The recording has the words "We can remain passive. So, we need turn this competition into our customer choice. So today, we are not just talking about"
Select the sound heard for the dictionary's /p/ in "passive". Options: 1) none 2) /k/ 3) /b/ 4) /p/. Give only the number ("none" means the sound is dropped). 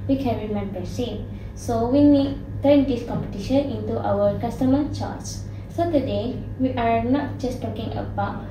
3